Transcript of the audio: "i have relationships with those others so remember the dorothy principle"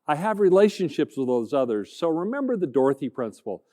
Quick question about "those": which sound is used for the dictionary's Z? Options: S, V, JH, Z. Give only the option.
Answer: Z